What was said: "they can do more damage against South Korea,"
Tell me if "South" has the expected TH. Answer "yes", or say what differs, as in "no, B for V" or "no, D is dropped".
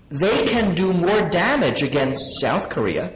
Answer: yes